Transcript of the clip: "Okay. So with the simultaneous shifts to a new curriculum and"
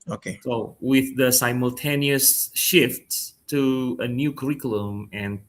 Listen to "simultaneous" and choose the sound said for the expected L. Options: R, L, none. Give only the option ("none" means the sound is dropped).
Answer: L